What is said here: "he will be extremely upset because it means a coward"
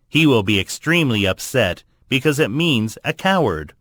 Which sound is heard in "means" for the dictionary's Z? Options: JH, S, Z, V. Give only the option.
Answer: Z